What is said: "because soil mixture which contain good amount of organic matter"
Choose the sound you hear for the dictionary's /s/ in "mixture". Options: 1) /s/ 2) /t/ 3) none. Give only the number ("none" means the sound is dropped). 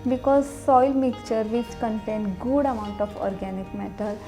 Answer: 3